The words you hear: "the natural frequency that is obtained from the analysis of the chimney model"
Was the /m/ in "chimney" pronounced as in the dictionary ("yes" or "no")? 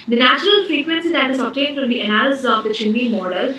no